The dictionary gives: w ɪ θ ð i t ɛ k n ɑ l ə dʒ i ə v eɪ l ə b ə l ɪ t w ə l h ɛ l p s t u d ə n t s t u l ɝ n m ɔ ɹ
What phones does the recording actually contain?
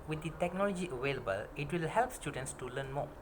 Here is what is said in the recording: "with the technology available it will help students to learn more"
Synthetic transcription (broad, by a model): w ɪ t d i t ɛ k n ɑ l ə dʒ i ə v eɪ l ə b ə l ɪ t w ə l h ɛ l p s t u d ə n t s t u l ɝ n m ɔ